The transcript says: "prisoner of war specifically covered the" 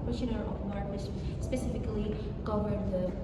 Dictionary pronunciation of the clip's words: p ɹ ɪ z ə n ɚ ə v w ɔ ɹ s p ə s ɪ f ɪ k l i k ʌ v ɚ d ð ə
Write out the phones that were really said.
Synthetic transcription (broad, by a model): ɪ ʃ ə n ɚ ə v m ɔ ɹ s p ə s ɪ f ɪ k l i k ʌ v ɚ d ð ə